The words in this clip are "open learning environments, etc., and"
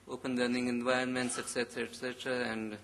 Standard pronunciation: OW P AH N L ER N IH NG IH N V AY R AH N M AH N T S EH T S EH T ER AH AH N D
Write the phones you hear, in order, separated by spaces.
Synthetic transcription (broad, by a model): OW P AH N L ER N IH NG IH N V AY AH N M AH N T S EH T S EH T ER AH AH N D